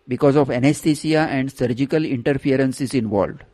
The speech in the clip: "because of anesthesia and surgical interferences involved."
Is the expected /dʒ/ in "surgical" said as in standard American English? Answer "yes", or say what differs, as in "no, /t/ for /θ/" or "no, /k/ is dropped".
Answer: yes